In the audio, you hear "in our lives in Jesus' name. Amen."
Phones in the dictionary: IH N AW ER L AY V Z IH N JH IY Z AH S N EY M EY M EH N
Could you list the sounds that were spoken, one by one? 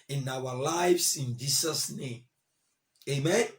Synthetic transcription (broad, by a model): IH N AW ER L AY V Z IH N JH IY S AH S N EY M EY M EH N